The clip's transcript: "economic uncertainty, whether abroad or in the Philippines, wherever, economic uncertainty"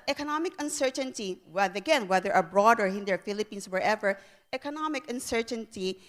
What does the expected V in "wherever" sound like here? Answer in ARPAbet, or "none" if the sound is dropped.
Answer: V